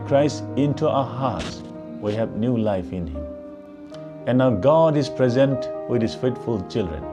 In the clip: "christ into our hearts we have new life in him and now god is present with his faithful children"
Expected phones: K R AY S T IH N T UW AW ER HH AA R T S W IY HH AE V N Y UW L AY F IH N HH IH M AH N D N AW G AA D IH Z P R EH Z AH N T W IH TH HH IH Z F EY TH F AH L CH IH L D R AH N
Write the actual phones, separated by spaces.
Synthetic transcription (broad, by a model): K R AY S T IH N T UW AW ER HH AA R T S W IY HH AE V N Y UW L AY F IH N HH IH M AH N N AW G AA D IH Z P R EH Z AH N T W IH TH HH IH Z F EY T F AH L CH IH L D R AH N